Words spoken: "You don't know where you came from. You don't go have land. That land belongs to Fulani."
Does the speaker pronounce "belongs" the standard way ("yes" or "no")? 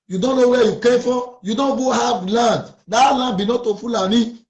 no